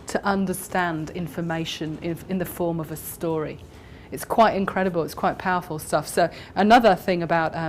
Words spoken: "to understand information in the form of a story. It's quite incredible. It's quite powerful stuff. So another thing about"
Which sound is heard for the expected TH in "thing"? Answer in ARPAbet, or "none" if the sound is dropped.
TH